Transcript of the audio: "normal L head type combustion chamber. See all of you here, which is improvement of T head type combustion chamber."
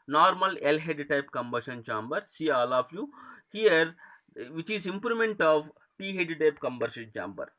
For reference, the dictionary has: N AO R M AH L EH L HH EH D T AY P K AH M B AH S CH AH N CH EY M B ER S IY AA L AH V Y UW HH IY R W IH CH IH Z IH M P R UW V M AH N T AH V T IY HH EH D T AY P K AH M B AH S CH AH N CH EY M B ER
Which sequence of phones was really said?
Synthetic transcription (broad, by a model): N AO R M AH L EH L HH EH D T AY P K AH M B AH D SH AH N CH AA M B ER S IY AA L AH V Y UW HH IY R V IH CH IH Z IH M P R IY M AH N T AH V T IY HH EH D T AY P K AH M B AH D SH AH N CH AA M B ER